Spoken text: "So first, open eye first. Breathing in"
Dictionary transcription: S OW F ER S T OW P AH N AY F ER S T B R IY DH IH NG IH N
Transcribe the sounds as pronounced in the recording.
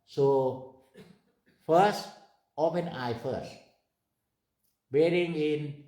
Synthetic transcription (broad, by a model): S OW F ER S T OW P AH N AY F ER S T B IY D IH NG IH N